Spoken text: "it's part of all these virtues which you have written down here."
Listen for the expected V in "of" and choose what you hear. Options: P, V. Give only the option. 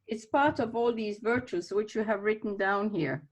V